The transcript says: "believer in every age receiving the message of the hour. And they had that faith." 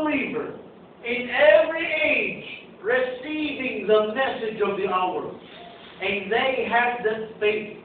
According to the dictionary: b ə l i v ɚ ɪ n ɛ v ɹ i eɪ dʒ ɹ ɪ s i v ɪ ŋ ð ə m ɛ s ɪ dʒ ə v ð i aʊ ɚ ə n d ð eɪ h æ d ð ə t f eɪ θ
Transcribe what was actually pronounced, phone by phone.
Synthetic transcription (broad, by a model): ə l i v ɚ ɪ n ɛ v ɹ i eɪ dʒ ɹ ɪ s i v ɪ ŋ ð ə m ɛ s ɪ dʒ ə v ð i aʊ ɚ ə n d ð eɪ h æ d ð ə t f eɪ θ